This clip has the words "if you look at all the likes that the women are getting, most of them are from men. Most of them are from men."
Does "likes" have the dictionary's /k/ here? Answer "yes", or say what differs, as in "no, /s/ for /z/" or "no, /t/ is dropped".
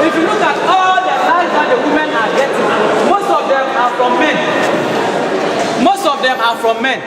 no, /k/ is dropped